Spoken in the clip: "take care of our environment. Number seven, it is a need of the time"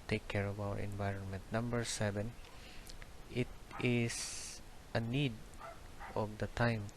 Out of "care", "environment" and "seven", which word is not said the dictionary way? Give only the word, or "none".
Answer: none